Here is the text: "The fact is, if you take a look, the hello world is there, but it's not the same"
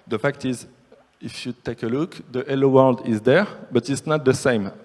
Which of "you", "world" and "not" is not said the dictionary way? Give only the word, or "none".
none